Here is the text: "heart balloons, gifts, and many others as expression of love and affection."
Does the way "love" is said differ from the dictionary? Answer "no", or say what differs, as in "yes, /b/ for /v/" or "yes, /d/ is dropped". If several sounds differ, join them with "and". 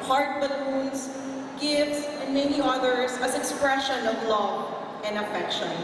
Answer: yes, /v/ is dropped